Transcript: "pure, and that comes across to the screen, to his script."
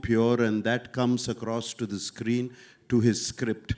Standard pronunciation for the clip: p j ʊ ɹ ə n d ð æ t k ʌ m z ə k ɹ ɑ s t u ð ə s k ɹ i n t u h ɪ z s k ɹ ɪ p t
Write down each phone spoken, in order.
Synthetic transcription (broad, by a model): p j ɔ ɹ ə n d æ t k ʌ m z ə k ɹ ɑ s t u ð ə s k ɹ i n t u h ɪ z s k ɹ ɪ p t